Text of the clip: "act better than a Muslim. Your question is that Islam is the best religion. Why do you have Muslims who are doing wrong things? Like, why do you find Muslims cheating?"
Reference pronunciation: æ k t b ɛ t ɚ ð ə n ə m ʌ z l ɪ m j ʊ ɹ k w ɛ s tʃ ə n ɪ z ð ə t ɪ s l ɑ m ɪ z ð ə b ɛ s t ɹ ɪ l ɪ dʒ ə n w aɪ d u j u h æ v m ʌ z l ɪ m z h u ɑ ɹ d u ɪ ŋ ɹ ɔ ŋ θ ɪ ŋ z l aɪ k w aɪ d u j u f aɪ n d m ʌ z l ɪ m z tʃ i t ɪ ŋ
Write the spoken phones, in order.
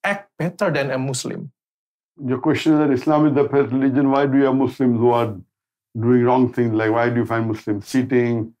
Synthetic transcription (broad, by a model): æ k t b ɛ t ɚ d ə n ə m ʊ s l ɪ m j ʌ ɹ k w ɛ s tʃ ə n ɪ z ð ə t ɪ s l ɑ m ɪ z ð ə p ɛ t ɹ ɪ l ɪ dʒ ə n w aɪ d u j u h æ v m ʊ s l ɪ m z h u ɑ ɹ d u ɪ ŋ ɹ ɔ ŋ t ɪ ŋ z l aɪ k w aɪ d u j u f aɪ n d m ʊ s l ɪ m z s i t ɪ ŋ